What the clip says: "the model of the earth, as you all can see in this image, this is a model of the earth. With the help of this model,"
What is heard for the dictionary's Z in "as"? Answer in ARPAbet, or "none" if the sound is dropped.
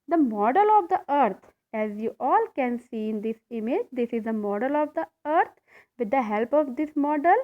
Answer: Z